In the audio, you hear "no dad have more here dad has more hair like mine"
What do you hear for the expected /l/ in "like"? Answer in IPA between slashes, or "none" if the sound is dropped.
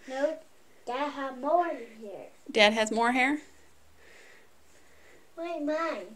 /w/